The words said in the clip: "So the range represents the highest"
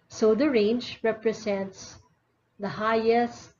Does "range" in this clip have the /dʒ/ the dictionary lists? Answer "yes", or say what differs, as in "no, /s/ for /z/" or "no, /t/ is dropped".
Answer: yes